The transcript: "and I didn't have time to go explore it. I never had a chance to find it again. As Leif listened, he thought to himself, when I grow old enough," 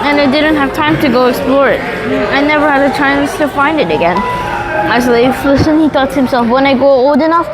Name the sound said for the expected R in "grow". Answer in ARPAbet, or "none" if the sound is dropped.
none